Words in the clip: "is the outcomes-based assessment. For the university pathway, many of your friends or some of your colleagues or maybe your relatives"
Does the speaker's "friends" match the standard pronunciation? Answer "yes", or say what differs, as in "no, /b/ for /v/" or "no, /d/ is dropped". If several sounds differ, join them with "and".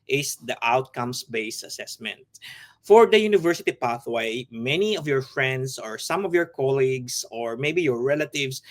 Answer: no, /s/ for /z/